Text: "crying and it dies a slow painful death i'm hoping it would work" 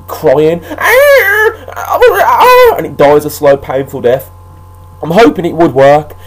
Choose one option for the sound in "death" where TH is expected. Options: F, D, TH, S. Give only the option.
TH